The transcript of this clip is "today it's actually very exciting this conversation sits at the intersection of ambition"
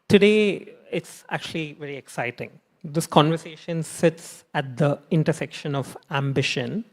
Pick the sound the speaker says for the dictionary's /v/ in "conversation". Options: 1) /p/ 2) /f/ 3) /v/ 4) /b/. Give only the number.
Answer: 3